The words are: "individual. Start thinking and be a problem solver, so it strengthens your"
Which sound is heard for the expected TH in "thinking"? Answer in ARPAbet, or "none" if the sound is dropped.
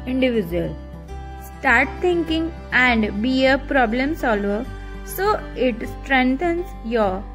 T